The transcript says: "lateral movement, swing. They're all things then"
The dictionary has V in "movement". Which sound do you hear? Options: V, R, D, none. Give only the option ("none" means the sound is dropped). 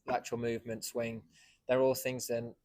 V